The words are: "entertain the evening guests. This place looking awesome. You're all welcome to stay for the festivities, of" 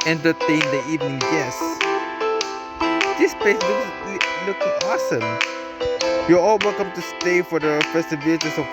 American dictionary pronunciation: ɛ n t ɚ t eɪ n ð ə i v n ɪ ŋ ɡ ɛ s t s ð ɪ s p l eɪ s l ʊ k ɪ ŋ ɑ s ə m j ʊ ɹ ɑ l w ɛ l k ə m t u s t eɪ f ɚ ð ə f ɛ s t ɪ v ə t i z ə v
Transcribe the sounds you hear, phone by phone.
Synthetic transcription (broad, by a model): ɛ n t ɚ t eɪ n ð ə i v n ɪ ŋ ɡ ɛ s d s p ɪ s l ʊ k l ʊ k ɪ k ɑ s ə m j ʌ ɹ ɑ l w ɛ l k ə m t u s t eɪ f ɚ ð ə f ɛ s t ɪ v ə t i s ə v